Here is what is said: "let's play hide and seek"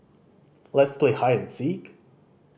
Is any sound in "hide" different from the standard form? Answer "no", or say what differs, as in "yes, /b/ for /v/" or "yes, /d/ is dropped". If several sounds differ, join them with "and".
yes, /d/ is dropped